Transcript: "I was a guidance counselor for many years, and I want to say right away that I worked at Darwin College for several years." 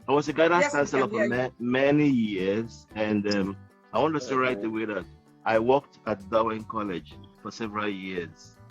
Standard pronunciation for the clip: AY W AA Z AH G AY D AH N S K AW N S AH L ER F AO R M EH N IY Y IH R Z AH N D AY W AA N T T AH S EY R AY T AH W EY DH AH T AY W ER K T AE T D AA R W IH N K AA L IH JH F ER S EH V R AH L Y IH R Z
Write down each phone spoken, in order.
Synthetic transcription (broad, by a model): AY W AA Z AH G AY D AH S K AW N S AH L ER F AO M M EH N IY Y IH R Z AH N D AY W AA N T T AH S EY R AY T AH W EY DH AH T AY W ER K T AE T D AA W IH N K AA L IH JH F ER S EH V R AH L Y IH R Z